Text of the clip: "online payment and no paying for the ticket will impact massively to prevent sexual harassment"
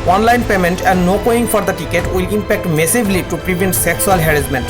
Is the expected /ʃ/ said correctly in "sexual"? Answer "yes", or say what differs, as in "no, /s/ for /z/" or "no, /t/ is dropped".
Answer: no, /s/ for /ʃ/